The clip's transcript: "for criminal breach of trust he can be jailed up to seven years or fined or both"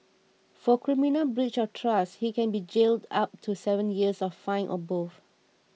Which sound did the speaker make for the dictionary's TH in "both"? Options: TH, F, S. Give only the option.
F